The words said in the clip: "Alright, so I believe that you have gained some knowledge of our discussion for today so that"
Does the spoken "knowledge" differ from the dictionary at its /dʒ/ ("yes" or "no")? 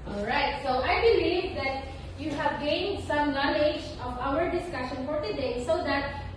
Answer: no